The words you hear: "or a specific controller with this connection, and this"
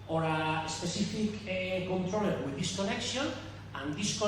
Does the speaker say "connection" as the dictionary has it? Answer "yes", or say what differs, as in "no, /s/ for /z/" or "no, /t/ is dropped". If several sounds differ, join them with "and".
no, /s/ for /ʃ/